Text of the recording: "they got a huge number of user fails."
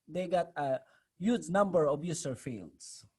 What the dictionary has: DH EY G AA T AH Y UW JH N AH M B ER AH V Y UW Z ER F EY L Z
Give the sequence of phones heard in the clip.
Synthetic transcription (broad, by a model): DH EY G AA T AH Y UW JH N AH M B ER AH B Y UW S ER F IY L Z